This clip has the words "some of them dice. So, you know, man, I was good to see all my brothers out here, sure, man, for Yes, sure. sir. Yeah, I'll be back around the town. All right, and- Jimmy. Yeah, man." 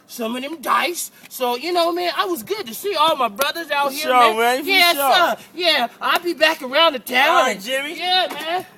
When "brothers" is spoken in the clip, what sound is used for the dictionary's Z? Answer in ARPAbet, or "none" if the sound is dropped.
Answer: Z